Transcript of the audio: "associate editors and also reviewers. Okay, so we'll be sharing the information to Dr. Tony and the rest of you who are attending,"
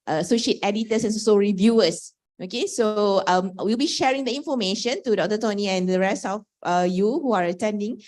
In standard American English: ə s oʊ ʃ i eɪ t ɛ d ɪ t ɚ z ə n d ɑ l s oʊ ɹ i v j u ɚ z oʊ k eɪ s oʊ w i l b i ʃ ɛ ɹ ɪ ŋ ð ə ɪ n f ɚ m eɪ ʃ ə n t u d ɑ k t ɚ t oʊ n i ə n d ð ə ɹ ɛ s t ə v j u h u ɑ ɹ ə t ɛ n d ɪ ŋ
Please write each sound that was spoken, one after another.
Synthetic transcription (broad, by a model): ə s oʊ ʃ i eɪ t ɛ d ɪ t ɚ s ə n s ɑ s oʊ ɹ i v j u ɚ s oʊ k eɪ s oʊ w i l b i ʃ ɛ ɹ ɪ ŋ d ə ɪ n f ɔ m eɪ ʃ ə n t u d ɑ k t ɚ t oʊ n i ə n d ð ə ɹ ɛ s t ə f j u h u ɑ ɹ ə t ɛ n d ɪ ŋ